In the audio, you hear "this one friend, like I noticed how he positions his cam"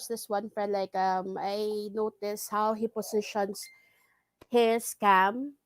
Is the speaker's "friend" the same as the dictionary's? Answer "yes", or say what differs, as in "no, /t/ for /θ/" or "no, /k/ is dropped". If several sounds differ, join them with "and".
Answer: no, /ɹ/ is dropped